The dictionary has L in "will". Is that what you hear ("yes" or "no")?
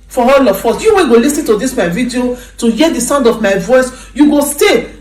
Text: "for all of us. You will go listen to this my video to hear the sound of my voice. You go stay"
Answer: no